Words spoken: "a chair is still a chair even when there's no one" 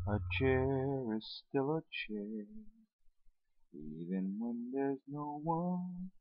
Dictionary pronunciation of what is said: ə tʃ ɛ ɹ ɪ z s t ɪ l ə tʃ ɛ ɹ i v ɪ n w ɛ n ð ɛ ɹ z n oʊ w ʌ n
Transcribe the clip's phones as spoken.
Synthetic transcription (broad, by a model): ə tʃ ɛ ɹ ɪ z s t ɪ l ə tʃ ɛ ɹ i v ɪ n w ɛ n ð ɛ ɹ z n oʊ w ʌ n